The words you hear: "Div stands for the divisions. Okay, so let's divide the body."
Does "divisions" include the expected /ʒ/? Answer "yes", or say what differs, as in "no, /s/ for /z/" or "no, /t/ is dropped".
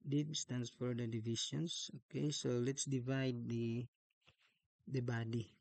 no, /ʃ/ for /ʒ/